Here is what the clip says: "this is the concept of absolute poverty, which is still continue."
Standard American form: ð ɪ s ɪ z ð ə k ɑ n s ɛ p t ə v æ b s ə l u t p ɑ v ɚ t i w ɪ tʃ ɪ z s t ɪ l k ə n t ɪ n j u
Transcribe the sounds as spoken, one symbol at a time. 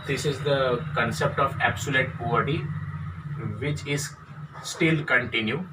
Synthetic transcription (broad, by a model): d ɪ s ɪ z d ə k ɑ n s ɛ p t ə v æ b s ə l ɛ t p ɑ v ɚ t i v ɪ tʃ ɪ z s t ɪ l k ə n t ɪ n j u